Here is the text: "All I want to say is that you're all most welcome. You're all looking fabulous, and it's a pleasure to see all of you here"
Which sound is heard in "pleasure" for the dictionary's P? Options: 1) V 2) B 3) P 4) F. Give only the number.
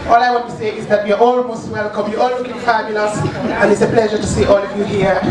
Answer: 3